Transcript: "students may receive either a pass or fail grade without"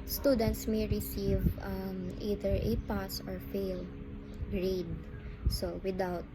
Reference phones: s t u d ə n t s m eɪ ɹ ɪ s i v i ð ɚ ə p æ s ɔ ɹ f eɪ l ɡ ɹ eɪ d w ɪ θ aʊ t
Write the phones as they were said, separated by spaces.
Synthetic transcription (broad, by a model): s t u d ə n t s m eɪ ɹ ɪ s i v i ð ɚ ə p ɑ s ɔ ɹ f eɪ l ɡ ɹ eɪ d w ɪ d aʊ t